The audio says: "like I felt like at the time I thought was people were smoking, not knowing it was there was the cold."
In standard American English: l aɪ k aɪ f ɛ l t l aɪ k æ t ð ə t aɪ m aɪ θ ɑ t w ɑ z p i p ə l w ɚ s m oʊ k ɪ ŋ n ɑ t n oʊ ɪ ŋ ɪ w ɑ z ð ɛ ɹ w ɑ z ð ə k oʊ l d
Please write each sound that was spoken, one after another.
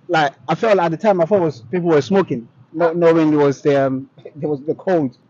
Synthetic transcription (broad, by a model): l aɪ k aɪ f ɛ l t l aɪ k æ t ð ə t aɪ m aɪ f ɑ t w ɑ z p i p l w ɚ s m oʊ k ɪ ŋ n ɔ n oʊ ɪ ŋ ɪ w ɑ z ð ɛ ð w ɑ z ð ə k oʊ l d